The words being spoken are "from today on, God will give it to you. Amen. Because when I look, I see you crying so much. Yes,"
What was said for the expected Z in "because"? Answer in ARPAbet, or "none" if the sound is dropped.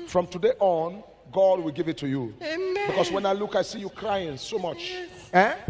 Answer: S